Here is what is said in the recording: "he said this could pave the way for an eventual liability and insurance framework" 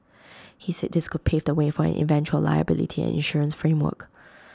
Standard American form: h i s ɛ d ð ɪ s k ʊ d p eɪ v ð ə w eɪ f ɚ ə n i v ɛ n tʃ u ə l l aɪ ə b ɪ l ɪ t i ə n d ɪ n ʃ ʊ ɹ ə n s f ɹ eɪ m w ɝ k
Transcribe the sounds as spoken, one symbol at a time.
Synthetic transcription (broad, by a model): h i s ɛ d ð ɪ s k ʊ d p eɪ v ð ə w eɪ f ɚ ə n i v ɛ n tʃ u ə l l aɪ ə b ɪ l ɪ t i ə n ɪ n ʃ ʊ ɹ ə n s f ɹ eɪ m w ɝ k